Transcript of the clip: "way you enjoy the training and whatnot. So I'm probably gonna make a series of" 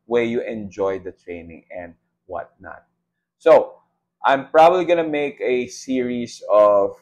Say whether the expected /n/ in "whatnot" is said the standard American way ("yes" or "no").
yes